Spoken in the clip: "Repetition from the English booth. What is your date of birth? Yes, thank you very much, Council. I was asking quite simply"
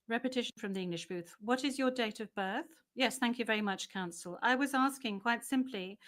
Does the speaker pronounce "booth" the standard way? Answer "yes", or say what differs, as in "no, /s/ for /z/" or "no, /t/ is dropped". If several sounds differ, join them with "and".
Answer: yes